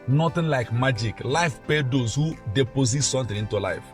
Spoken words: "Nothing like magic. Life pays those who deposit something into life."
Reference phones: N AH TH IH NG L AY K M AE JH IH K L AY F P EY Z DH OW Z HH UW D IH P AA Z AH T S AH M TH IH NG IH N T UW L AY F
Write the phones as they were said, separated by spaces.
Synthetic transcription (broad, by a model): N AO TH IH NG L AY K M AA JH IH K L AY F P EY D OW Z HH UW D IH P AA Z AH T S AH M T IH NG IH N T UW L AY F